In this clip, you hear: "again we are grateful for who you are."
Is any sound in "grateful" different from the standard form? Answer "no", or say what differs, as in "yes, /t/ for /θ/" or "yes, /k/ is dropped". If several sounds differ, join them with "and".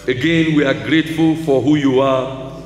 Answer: no